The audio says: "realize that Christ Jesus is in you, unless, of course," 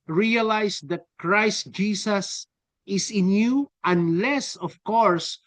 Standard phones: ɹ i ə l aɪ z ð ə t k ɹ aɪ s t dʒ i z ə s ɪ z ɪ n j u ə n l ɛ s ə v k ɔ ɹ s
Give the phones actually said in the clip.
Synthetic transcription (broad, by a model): ɹ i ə l aɪ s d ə t k ɹ aɪ s t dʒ i s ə s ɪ s ɪ n j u ə n l ɛ s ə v k ɔ ɹ s